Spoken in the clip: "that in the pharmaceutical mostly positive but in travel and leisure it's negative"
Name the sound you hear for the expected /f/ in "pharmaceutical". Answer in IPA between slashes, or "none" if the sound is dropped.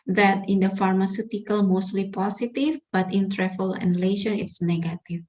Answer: /f/